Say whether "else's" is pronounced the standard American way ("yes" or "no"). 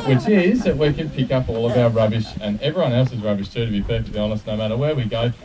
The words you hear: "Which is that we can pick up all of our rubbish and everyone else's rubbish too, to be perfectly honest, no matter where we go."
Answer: yes